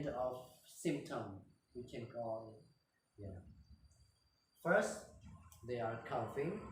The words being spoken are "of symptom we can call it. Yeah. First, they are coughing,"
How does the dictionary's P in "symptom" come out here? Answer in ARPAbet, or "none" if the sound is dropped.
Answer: P